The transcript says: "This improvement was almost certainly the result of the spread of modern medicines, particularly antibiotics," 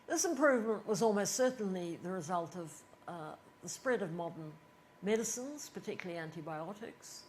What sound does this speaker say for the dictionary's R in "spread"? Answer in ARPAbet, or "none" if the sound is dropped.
R